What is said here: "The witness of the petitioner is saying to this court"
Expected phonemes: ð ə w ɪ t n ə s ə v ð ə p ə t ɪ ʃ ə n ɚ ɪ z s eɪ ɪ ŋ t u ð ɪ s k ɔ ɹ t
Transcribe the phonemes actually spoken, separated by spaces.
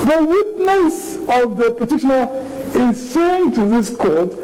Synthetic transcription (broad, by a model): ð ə w ɪ t n ə s ə v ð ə p ə t ɪ ʃ ə n ɚ ɪ z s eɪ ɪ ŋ t u ð ɪ s k ɔ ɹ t